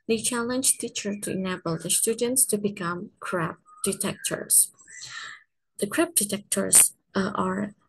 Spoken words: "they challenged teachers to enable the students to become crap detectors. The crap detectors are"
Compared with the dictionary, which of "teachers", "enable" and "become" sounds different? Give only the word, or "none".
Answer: teachers